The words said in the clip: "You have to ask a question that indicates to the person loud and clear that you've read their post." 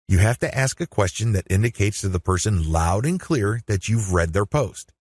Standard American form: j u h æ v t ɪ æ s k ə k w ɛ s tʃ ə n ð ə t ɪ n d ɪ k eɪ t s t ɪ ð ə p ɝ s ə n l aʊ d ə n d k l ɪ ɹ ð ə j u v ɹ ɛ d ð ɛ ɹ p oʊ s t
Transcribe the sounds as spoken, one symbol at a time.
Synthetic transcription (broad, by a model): j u h æ f t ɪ æ s k ə k w ɛ s tʃ ə n ð ə t ɪ n d ɪ k eɪ t s t ɪ ð ə p ɝ s ə n l aʊ d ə n k l ɪ ɹ ð ə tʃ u v ɹ ɛ d ð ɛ ɹ p oʊ s t